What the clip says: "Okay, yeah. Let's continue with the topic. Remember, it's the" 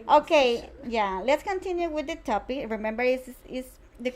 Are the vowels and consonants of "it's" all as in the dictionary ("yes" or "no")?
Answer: no